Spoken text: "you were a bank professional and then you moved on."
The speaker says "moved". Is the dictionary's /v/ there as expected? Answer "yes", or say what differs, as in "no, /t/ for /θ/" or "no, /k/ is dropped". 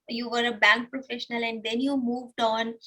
yes